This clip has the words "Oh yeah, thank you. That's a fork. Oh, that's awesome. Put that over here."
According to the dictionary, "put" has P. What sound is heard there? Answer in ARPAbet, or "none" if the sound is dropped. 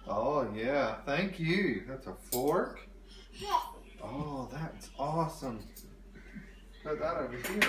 B